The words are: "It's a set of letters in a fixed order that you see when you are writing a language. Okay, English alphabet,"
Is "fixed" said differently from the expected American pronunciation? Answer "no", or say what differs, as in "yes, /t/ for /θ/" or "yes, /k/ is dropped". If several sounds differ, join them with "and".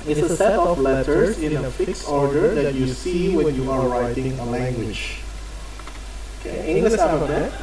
yes, /t/ is dropped